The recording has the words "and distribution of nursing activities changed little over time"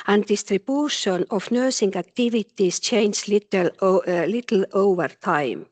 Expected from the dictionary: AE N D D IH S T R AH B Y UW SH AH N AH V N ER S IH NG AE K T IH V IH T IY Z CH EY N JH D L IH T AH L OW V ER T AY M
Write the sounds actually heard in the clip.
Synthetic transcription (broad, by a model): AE N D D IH S T R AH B Y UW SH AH N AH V N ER S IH NG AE K T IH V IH T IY S CH EY N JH L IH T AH L OW V ER T AY M